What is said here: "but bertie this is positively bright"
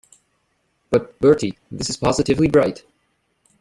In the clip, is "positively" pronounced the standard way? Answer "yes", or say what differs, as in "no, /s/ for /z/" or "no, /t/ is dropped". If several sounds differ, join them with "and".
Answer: yes